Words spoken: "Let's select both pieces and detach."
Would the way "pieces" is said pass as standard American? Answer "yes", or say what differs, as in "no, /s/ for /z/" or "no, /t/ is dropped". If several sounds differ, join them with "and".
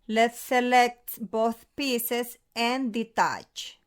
no, /s/ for /z/